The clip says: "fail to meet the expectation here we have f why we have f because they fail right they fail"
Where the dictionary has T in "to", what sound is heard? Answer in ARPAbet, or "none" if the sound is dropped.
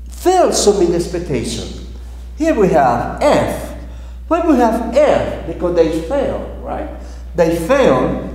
S